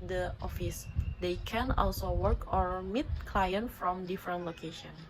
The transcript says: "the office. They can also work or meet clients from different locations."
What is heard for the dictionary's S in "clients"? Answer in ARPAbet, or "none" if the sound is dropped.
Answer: none